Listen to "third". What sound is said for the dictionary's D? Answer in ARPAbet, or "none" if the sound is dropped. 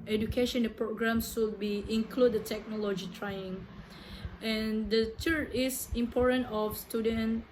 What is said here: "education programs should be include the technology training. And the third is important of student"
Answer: none